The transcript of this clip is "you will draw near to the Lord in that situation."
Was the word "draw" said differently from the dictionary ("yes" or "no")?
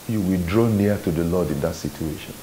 no